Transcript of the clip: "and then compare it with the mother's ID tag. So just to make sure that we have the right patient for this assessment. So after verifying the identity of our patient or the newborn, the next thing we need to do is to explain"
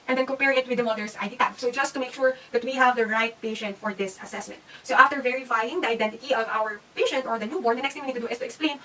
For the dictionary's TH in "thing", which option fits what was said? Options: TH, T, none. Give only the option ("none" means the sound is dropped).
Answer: T